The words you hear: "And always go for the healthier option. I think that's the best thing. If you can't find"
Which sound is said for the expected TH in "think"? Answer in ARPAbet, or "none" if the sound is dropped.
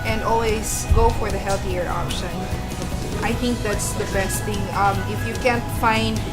TH